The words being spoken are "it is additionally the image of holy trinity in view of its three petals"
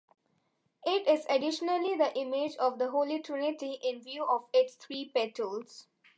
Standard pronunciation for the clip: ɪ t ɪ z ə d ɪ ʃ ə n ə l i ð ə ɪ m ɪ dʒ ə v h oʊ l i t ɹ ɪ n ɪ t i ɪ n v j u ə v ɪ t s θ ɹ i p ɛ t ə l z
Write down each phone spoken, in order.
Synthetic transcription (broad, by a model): ɪ t ɪ z ə d ɪ ʃ ə n ə l i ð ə ɪ m ɪ dʒ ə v h oʊ l i t ɹ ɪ n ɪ t i ɪ n v j u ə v ɪ t s t ɹ i p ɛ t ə l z